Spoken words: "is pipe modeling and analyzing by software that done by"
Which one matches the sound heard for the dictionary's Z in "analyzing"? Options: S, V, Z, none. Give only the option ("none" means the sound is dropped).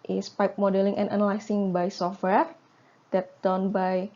S